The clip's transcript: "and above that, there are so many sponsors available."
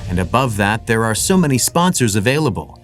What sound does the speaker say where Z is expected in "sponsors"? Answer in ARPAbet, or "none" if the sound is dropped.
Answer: Z